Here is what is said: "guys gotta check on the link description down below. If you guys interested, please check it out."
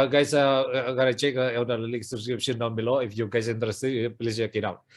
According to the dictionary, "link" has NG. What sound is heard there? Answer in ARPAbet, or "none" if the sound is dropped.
none